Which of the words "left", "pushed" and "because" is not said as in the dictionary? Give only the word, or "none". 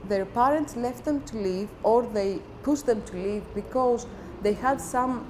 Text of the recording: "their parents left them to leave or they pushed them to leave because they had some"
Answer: pushed